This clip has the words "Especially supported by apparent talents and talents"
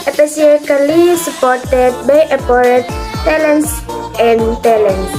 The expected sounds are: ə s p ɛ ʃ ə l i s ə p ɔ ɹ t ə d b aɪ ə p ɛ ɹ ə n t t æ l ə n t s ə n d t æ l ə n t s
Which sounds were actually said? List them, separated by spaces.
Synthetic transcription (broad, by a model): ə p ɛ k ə l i s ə p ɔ ɹ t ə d b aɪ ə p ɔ ɹ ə t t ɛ l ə n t s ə n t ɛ l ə n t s